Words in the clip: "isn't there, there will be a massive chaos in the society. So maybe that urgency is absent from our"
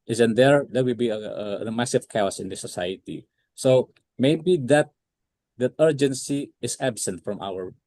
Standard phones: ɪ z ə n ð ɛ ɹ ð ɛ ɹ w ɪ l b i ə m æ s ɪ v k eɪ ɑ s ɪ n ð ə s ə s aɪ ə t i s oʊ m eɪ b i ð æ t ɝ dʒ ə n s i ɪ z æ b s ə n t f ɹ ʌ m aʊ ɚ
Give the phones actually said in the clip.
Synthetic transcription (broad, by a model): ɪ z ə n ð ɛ ɹ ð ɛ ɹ w ɪ l b i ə m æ s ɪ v k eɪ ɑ s ɪ n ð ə s ə s aɪ ə t i s oʊ m eɪ b i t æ t ɝ dʒ ə n s i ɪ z æ b s ə n t f ɹ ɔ m aʊ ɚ